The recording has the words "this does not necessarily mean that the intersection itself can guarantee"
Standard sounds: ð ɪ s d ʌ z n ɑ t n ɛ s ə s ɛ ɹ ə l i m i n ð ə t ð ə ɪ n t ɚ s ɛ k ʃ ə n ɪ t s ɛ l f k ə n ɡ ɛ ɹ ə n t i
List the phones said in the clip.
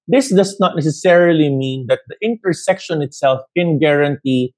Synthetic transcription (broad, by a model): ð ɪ s d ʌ s n ɑ t n ɛ s ə s ɛ ɹ ə l i m i n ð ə t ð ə ɪ n t ɚ s ɛ k ʃ ə n ɪ t s ɛ l f k ə n ɡ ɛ ɹ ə n t i